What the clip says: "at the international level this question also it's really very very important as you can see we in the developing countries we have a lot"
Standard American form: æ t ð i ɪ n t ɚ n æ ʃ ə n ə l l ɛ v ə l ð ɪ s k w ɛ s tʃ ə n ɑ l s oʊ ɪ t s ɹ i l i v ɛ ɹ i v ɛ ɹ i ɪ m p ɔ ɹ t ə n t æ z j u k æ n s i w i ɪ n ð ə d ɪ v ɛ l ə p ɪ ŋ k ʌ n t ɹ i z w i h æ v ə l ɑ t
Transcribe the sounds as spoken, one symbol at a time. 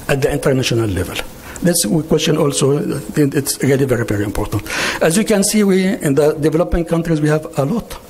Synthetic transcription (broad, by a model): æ t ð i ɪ n t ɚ n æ ʃ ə n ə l l ɛ v ə l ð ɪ s k w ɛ s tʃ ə n ɑ l s oʊ ɪ t s ɹ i l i v ɛ ɹ i v ɛ ɹ i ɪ m p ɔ ɹ t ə n t æ z j u k æ n s i w i ɪ n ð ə d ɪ v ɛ l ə p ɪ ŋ k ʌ n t ɹ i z w i h æ v ə l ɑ t